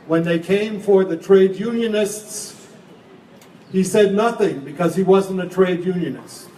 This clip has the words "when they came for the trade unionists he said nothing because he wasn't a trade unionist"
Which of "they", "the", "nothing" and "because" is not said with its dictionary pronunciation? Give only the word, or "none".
none